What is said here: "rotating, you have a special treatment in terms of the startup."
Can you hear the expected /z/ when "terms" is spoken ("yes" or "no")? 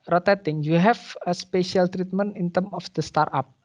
no